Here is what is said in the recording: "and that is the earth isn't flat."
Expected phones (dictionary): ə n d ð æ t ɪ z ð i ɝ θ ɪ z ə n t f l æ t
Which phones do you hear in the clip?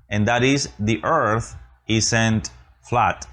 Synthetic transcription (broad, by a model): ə n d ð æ t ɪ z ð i ɝ θ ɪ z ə n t f l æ t